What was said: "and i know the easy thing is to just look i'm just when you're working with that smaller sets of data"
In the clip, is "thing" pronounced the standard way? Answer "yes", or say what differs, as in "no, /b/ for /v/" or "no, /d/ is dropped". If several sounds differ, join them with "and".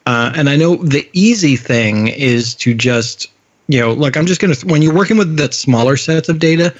yes